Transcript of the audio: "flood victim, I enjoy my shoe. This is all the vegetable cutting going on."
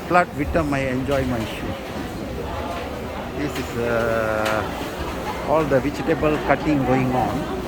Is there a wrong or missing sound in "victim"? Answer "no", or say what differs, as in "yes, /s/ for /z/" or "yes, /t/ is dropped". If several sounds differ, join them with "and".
yes, /k/ is dropped